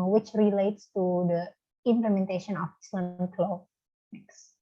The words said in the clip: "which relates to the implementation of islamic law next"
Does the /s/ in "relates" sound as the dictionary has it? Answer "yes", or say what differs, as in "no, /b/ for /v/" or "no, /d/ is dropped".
yes